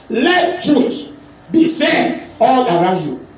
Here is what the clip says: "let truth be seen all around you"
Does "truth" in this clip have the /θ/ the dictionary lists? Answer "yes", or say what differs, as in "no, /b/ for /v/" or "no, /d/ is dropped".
no, /s/ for /θ/